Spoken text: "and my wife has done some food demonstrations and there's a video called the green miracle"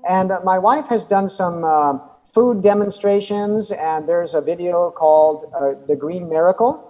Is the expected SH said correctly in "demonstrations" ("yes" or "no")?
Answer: yes